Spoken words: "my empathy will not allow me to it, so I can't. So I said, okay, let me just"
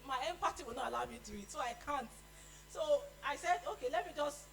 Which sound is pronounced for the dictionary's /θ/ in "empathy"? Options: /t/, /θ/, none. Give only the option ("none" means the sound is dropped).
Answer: /t/